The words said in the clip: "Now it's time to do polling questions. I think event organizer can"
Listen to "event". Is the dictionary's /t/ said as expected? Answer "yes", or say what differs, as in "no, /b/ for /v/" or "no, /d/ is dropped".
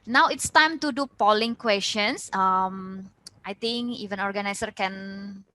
no, /t/ is dropped